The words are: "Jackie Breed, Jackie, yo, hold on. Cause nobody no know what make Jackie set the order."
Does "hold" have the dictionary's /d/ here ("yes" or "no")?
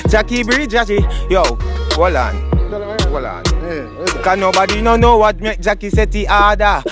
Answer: no